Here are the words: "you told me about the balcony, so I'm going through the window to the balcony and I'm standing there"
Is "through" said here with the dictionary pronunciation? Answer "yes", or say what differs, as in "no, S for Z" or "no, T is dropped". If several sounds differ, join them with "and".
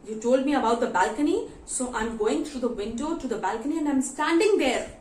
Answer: no, T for TH